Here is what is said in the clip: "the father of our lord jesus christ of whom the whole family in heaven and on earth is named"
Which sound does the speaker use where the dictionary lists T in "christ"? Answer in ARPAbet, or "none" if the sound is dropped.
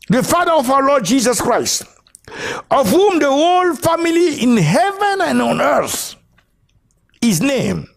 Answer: T